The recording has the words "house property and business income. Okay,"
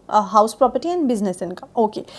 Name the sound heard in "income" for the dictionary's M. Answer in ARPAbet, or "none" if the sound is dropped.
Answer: none